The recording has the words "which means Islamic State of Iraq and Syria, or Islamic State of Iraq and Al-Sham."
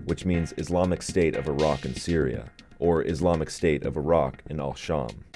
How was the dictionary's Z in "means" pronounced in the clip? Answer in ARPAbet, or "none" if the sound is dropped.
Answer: Z